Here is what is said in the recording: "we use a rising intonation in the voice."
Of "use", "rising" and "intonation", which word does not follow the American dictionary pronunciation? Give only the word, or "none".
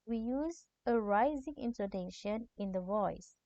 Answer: intonation